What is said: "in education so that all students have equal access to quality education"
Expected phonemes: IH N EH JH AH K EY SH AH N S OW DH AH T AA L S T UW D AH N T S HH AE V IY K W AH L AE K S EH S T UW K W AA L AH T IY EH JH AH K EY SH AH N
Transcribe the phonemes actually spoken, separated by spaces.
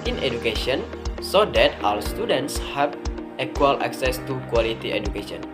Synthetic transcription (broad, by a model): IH N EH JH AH K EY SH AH N S OW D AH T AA W S T UW D AH N T S HH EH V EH K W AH L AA K S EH S T UW K W AA L AH T IY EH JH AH K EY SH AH N